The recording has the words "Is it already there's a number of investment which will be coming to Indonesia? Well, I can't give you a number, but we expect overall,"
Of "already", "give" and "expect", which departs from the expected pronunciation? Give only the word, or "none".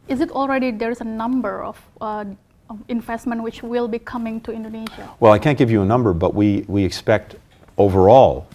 none